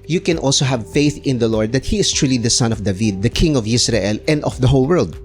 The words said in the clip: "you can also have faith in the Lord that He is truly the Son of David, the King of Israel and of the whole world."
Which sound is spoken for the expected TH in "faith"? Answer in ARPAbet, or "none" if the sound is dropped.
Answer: TH